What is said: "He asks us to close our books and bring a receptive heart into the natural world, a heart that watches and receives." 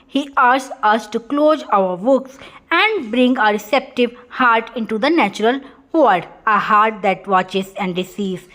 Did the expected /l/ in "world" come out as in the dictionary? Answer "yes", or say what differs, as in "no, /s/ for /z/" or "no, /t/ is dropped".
no, /l/ is dropped